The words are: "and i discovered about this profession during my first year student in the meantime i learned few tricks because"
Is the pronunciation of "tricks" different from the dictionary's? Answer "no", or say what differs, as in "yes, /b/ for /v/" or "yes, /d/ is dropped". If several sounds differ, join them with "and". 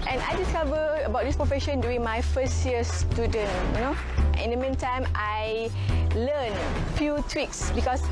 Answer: yes, /w/ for /ɹ/